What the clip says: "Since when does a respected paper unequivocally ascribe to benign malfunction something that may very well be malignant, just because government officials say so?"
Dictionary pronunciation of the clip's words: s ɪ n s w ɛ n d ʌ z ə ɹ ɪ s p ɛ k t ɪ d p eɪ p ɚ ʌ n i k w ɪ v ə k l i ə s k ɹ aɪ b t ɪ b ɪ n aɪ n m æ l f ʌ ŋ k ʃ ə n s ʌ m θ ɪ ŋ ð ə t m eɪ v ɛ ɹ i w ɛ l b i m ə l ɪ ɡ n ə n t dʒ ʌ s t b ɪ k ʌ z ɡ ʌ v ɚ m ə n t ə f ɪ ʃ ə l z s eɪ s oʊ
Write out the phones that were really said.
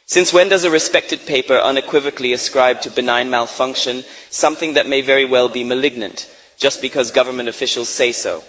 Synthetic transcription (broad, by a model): s ɪ n s w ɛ n d ʌ z ə ɹ ɪ s p ɛ k t ɪ d p eɪ p ɚ ʌ n i k w ɪ v ə k l i ə s k ɹ aɪ b t ɪ b ɪ n aɪ n m æ l f ʌ ŋ k ʃ ə n s ʌ m θ ɪ ŋ ð ə t m eɪ v ɛ ɹ i w ɛ l b i m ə l ɪ ɡ n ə n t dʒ ʌ s b ɪ k ʌ z ɡ ʌ v ɚ m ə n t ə f ɪ ʃ l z s eɪ s oʊ